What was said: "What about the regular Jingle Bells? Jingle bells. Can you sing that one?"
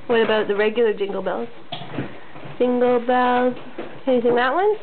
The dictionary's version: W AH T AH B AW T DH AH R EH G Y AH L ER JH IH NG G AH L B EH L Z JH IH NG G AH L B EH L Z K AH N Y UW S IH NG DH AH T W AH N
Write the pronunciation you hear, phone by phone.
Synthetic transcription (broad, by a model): W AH T AH B AW T DH AH R EH G Y L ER JH IH NG G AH L B EH L Z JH IH NG G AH L B EH L Z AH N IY TH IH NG DH AH T W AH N